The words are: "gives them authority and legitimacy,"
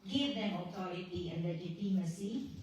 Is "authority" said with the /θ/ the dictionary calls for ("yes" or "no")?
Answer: no